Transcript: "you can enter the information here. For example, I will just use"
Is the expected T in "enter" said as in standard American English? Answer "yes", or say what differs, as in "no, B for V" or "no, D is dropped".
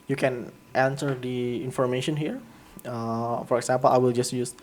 no, S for T